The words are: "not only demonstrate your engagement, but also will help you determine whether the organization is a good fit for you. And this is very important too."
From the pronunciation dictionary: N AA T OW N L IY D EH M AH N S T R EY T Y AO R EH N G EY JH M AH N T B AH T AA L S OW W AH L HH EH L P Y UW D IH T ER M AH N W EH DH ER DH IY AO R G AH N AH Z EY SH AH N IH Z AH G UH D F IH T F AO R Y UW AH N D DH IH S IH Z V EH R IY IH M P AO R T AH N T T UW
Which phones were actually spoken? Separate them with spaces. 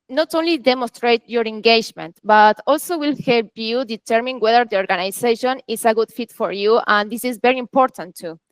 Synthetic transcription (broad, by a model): N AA T OW N L IY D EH M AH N S T R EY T Y AO R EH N G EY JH M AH N T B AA T AA L S OW W AH L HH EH L P Y UW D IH T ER M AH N W EH DH ER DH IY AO R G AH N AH S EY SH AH N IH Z AH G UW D F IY T F AO R Y UW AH N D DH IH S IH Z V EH R IY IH M P AO R T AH N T T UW